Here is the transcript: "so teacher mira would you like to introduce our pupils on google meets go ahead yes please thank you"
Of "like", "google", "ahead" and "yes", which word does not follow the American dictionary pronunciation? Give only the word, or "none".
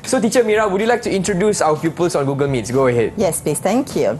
none